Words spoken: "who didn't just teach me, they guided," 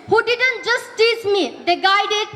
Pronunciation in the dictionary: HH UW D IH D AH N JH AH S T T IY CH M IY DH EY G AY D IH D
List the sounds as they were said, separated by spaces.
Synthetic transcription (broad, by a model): HH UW D IH D AH N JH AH S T T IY S M IY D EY G AY D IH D